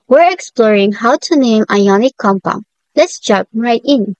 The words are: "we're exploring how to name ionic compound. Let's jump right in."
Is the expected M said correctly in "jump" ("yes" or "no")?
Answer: no